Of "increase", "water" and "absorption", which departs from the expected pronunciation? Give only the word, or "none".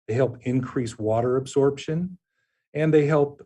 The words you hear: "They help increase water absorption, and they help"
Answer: none